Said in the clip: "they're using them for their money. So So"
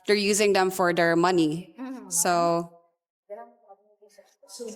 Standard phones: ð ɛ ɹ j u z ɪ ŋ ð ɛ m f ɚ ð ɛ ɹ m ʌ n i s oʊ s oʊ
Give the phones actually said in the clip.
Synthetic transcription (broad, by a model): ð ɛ ɹ j u z ɪ ŋ ð ɛ m f ɚ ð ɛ ɹ m ʌ n i s oʊ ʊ